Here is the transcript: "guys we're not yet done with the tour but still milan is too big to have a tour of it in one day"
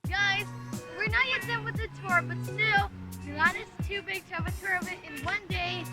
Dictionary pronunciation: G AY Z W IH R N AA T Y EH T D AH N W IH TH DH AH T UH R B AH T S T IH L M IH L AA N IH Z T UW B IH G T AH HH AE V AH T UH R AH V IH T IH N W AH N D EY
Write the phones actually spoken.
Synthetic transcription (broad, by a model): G AY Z W IH R N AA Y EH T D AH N W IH DH AH T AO R B AH T S T IH L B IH AA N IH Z T UW B IH G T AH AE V AH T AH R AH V IH T IH N W AH N D EY